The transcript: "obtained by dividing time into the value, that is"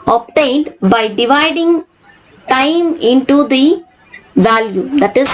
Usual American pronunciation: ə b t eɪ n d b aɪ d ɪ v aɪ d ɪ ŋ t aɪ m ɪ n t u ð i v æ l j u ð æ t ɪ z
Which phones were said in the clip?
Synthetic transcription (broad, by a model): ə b t eɪ n d b aɪ d ɪ v aɪ d ɪ ŋ t aɪ m ɪ n t u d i v æ l j u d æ t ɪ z